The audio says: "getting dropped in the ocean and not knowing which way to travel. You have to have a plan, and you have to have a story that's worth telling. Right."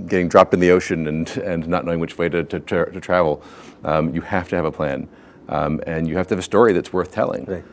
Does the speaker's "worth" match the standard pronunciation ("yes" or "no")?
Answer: yes